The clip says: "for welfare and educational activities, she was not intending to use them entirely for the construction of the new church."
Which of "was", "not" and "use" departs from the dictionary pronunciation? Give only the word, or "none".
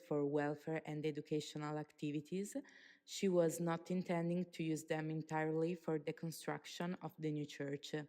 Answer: none